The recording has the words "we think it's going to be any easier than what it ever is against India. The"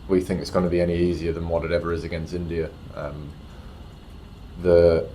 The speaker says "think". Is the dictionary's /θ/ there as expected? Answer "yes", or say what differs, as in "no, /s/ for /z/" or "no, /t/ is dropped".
yes